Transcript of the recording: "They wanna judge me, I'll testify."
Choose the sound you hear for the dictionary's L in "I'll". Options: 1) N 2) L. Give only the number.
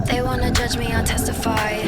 1